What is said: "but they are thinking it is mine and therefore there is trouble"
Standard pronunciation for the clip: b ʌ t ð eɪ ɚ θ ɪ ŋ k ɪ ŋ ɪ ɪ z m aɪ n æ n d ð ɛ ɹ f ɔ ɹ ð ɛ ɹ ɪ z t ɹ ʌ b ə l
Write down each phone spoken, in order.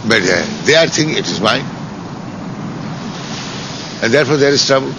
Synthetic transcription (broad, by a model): b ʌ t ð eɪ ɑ t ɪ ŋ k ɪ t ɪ ɪ z m aɪ n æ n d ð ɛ ɹ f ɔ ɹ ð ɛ ɹ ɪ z t ɹ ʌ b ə l